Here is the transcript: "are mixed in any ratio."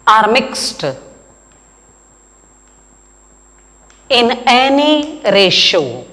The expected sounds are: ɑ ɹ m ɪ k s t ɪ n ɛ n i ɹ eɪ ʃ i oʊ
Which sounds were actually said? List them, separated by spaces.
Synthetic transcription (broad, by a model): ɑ ɹ m ɪ k s t ɪ n ɛ n i ɹ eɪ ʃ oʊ